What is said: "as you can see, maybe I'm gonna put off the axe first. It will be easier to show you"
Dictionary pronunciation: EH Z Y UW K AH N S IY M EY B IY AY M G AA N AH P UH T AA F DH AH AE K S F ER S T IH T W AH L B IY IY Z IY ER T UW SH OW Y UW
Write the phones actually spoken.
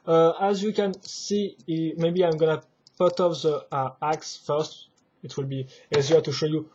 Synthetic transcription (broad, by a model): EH Z Y UW K AH N S IY M EY B IY AY M G AA N AH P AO T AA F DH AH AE K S F ER S T IH T W AH L B IY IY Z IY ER T UW SH OW Y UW